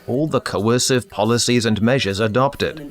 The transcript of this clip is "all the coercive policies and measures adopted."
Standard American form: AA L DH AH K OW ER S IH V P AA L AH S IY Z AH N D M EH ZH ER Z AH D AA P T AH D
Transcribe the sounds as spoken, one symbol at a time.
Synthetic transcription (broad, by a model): AA L DH AH K OW ER S IH V P AA L AH S IY Z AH N M EH ZH ER Z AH D AA P T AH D